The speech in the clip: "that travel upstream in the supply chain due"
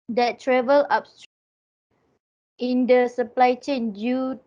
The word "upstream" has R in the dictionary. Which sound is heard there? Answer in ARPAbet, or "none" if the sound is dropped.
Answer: none